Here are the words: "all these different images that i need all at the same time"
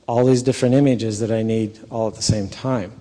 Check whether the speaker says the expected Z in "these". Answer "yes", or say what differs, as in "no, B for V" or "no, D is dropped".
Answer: yes